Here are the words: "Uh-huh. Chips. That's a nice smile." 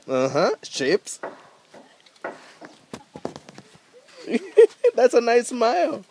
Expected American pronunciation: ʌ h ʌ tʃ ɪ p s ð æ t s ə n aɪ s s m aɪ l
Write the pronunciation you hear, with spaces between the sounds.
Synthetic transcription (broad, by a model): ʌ h ʌ ʃ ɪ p s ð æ t s ə n aɪ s s m aɪ l